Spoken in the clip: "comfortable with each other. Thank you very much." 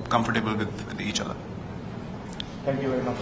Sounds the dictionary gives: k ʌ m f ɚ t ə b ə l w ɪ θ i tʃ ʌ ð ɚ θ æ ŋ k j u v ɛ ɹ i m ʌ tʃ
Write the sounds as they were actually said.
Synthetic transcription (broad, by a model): k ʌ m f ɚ t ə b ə l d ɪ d i tʃ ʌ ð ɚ t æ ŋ k j u v ɛ ɹ i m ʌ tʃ